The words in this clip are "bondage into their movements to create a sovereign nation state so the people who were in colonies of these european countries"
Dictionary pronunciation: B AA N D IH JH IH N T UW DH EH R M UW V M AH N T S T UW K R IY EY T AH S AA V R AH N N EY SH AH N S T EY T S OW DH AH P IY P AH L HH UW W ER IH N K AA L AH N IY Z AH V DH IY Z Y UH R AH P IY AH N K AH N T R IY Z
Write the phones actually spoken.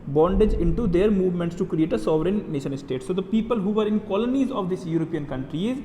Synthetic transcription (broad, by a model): B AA N D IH JH IH N T UW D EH R M UW V M AH N T S T UW K R IY EY T AH S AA V R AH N N EY SH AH N S T EY T S OW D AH P IY P AH L HH UW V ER IH N K AA L AH N IY Z AH V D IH S Y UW R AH P IY AH N K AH N T R IY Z